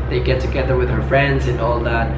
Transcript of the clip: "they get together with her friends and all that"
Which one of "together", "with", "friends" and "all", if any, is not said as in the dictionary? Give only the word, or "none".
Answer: none